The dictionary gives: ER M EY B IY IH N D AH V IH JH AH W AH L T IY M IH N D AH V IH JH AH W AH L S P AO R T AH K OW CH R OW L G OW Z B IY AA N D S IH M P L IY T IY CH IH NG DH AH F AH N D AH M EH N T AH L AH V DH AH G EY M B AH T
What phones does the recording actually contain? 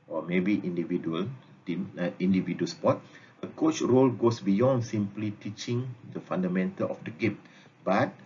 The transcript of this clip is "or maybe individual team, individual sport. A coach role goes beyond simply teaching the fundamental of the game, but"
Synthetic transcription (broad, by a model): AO M EY B IY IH N D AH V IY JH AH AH L T IY M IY N D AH V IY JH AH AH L S P AO T AH K OW CH R OW L G OW S B IY AA N D S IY M P L IY T IY CH IH NG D AH F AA N D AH M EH N T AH L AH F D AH G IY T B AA T